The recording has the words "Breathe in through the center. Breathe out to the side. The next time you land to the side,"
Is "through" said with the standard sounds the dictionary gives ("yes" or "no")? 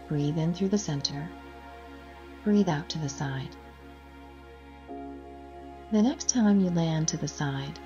yes